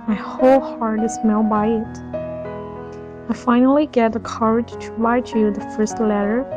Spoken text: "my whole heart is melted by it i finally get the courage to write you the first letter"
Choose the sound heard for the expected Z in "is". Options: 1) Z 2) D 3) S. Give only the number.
3